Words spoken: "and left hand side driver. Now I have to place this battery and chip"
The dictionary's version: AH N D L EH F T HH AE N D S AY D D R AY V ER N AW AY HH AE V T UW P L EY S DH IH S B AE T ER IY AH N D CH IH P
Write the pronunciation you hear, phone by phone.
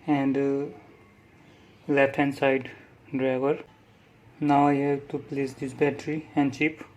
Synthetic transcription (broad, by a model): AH N D L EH T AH N S AY D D R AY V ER N AW AY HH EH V T UW P L EY S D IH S B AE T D IY AH N D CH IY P